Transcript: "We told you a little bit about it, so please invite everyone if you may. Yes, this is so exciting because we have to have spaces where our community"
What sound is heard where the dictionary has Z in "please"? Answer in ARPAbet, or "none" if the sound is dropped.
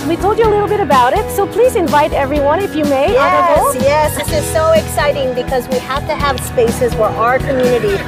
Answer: Z